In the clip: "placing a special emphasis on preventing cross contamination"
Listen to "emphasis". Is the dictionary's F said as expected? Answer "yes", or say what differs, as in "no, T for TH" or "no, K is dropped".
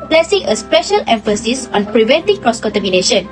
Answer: yes